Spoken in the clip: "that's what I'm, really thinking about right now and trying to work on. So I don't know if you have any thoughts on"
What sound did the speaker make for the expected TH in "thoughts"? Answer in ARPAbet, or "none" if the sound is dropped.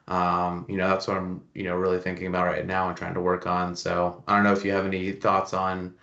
TH